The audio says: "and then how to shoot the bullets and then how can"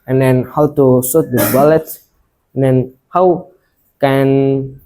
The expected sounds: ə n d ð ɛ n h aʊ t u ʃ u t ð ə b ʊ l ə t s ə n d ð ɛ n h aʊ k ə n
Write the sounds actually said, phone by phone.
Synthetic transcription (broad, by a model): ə n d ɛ n h aʊ t u s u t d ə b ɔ l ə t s ə n d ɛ n h aʊ k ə n